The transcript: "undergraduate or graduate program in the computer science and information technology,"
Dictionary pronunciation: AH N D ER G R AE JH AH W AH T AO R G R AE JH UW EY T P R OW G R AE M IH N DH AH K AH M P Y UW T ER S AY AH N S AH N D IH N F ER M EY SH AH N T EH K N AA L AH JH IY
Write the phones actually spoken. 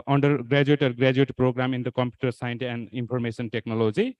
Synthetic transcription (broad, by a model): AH N D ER G R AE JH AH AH T AO R G R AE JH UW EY T P R OW G R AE M IH N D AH K AH M P Y UW T ER S AY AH N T AH N D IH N P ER M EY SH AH N T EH K N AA L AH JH IY